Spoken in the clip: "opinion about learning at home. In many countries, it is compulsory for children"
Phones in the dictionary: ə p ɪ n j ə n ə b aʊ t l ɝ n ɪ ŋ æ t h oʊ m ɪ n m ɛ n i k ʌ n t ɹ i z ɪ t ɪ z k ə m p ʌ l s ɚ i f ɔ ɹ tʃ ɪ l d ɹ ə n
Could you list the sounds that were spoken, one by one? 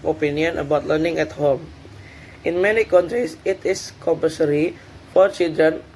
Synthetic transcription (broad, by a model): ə p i n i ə n ə b aʊ t l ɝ n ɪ ŋ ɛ t h oʊ m ɪ n m ɛ n i k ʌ n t ɹ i s ɪ t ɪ s k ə m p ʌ s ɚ i f ɔ ɹ tʃ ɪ l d ɹ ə n